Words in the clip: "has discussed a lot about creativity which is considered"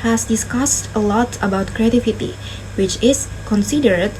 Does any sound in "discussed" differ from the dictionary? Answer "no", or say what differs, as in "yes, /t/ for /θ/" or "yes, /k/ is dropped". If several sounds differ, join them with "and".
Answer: no